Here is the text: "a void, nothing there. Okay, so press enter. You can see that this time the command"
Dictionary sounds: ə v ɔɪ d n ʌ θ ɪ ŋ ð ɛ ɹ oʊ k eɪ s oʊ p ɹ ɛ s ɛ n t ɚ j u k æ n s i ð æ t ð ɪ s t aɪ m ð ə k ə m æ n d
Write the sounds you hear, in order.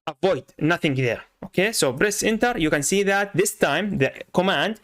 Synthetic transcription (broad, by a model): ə v ɔɪ d n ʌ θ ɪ ŋ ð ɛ ɹ oʊ k eɪ s oʊ b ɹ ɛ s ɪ n t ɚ j u k æ n s i ð æ t ð ɪ s t aɪ m ð ə k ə m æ n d